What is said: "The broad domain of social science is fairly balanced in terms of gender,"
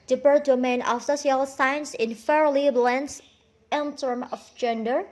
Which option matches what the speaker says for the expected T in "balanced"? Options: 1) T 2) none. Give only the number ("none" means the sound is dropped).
2